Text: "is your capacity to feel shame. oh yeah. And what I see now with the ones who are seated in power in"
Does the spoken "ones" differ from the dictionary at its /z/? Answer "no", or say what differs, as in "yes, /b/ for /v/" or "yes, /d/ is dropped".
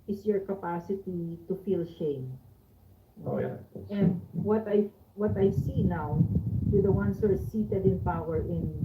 yes, /s/ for /z/